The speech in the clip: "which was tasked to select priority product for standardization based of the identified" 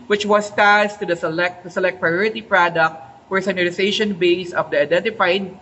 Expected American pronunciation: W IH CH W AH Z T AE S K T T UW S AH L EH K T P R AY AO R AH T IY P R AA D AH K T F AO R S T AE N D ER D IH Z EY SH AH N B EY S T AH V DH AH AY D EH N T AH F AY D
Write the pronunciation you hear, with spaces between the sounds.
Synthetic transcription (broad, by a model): W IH CH W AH S T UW S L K T UW S AH L EH K T P R AY AO R AH T IY P R AA D AH K T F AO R S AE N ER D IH S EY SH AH N B EY S AH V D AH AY D EH N T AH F AY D